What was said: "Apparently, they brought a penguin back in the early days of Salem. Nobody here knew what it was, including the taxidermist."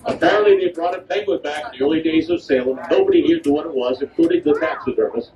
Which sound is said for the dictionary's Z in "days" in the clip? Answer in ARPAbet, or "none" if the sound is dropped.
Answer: Z